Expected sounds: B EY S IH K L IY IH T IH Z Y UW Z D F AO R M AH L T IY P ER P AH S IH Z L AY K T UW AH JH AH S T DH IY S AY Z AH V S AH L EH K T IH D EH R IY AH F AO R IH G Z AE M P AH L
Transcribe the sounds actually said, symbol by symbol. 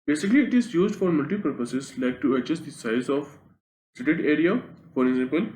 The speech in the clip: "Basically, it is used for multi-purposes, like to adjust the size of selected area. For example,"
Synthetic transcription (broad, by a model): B EY S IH K L IY IH T IH Z Y UW Z D F AO R M AH L T IY P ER P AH S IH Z L AY K T UW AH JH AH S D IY S AY Z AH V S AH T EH T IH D R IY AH F AO R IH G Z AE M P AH L